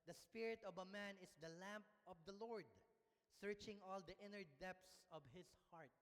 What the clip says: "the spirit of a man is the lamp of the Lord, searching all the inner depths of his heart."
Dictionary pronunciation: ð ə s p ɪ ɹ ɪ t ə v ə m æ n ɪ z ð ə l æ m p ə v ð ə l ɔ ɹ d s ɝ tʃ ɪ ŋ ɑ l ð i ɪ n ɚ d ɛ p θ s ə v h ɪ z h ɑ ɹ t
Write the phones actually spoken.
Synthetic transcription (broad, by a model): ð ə s p ɪ ɹ ɪ t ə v ə m æ n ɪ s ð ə l æ m p ə v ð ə l ɔ ɹ d s ɝ tʃ ɪ ŋ ɑ l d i ɪ n ɚ d ɛ p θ s ə v h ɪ s h ɑ ɹ t